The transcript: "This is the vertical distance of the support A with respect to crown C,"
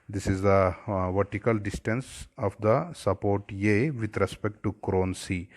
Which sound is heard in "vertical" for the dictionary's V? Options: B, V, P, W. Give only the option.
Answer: V